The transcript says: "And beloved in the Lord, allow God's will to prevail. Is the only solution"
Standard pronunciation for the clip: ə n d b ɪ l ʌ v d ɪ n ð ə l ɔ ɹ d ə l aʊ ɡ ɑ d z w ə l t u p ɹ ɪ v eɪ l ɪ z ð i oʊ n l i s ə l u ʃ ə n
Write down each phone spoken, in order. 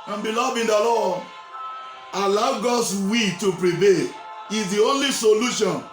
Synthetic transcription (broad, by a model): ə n b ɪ l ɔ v ɪ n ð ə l ɔ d ə l aʊ ɡ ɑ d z w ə t u p ɹ ɪ v eɪ l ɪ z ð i oʊ n l i s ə l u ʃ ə n